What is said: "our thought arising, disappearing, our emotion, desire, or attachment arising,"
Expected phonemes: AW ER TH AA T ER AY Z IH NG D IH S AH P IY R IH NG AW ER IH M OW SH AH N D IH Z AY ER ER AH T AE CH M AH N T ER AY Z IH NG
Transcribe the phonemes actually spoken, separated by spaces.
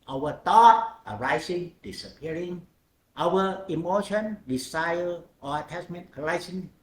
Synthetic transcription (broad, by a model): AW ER T AA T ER AY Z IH NG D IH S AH P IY R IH NG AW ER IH M OW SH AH N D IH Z AY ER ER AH T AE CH M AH N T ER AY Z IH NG